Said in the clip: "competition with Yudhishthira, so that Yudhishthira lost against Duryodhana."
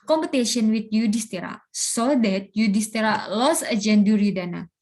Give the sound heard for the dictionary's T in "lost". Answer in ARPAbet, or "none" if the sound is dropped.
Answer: none